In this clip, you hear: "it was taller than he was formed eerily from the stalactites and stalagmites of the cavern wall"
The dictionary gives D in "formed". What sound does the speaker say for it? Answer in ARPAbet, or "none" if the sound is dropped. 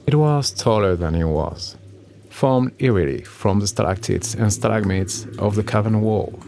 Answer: D